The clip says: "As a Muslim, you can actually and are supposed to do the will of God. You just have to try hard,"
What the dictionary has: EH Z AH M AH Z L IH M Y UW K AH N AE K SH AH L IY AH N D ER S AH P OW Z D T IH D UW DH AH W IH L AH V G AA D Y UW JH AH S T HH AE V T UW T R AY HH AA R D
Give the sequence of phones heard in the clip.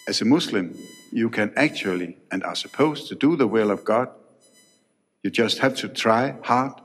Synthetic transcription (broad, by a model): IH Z AH M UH S L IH M Y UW K AH N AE K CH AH L IY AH N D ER S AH P OW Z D T IH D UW DH AH W IH L AH V G AA D Y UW JH AH S T HH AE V T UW T R AY HH AA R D